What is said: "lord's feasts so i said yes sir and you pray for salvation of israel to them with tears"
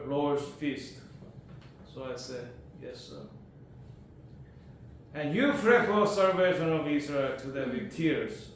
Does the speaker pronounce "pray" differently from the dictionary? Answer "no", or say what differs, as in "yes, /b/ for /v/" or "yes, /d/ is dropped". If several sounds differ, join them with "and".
yes, /f/ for /p/